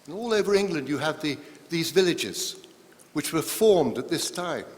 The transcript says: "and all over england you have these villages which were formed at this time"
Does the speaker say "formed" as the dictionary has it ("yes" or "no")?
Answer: yes